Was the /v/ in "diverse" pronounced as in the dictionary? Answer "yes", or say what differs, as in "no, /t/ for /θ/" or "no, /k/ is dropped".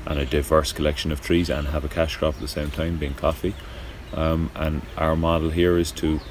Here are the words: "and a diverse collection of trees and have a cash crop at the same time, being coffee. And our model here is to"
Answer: yes